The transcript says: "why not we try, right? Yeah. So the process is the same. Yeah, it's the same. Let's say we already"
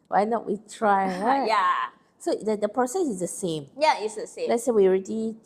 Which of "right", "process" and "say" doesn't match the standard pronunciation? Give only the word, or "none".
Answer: right